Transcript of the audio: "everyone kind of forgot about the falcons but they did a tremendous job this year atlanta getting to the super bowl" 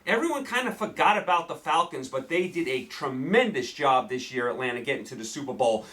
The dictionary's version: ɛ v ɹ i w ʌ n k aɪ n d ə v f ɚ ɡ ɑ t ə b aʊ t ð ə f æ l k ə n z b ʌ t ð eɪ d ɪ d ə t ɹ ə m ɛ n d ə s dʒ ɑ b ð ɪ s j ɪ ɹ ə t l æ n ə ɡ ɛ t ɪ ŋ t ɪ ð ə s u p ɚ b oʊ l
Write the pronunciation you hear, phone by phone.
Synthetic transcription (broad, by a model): ɛ v ɹ i w ʌ n k aɪ n d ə f ɚ ɡ ɑ t ə b aʊ t ð ə f æ l k ə n z b ʌ t ð eɪ d ɪ d ə t ɹ ə m ɛ n d ə s dʒ ɑ b ð ɪ s j ɪ ɹ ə t l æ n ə ɡ ɛ t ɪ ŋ t ɪ ð ə s u p ɚ b oʊ l